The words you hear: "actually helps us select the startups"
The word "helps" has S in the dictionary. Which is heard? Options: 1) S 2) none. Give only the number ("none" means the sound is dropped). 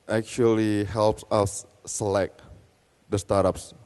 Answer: 1